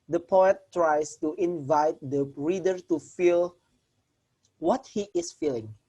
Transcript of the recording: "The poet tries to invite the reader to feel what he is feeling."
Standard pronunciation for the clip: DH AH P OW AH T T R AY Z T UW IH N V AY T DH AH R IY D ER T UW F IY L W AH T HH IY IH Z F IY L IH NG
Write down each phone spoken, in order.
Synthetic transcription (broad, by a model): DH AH P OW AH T T R AY S T UW IH N V AY T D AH R IY D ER T UW F IY L W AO T HH IY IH S F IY L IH NG